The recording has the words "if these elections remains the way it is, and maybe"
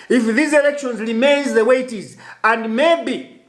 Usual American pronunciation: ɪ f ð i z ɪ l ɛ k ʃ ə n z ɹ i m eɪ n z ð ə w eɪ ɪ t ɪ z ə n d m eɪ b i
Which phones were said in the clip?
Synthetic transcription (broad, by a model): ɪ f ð i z ɪ l ɛ k ʃ ə n z ɹ i m eɪ n z ð ə w eɪ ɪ t ɪ z ə n d m eɪ b i